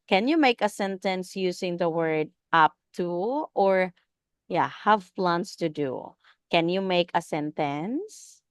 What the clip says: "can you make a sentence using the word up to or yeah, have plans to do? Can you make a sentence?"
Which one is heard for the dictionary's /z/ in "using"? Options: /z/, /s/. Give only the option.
/s/